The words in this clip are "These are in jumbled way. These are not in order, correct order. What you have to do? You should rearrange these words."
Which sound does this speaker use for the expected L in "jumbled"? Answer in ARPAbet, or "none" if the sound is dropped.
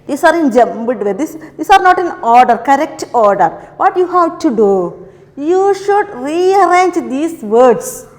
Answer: none